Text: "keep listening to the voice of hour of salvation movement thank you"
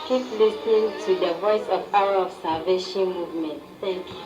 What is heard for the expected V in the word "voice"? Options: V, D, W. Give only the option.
V